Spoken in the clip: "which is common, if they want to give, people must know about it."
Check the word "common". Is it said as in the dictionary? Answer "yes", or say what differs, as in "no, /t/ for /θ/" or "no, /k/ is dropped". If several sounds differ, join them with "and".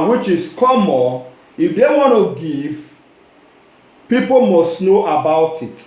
no, /n/ is dropped